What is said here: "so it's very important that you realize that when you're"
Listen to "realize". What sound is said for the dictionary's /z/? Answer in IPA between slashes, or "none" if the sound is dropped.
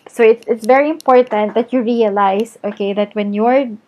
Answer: /s/